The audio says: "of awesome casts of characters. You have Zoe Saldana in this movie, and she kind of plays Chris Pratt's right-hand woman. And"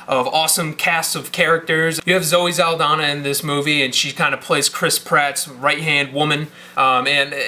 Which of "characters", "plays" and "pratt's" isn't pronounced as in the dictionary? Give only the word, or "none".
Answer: none